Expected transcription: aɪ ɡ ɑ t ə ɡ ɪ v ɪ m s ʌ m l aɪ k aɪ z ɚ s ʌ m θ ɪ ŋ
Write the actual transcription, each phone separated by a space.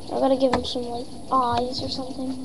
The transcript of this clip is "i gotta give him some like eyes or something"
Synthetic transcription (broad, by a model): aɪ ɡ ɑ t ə ɡ ɪ v ɪ m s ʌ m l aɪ aɪ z ɚ s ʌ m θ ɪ ŋ